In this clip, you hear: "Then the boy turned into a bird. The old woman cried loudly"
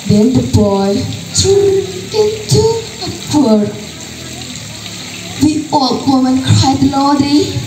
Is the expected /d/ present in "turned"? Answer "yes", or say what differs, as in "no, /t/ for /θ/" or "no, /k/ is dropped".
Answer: no, /d/ is dropped